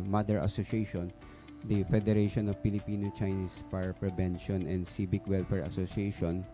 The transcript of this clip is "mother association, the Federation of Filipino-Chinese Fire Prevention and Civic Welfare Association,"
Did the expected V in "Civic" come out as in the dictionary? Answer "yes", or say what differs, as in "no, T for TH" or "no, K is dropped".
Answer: no, B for V